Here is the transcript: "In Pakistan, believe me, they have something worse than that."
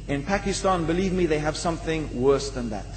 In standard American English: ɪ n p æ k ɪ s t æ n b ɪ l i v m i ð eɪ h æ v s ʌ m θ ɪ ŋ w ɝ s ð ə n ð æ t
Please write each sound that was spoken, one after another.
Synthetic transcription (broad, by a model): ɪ n p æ k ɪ s t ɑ n b ɪ l i v m i ð eɪ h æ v s ʌ m θ ɪ ŋ w ɝ s ð ə n ð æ t